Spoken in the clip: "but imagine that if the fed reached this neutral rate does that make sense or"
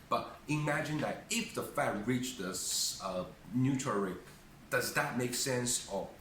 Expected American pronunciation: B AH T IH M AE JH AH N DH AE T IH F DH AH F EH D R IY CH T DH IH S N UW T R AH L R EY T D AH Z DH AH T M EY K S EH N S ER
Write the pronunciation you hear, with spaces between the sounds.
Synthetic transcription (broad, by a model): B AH T IH M AE JH AH N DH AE T IH F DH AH F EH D R IY CH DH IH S N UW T AH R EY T D AH Z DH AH T M EY K S EH N S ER